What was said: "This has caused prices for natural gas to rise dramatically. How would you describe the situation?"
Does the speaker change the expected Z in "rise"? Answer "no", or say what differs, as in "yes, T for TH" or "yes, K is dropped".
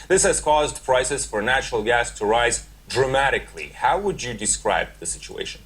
no